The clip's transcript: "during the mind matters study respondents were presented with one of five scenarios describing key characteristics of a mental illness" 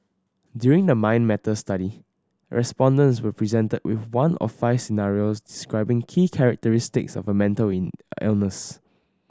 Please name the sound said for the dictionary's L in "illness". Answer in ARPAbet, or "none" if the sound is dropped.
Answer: L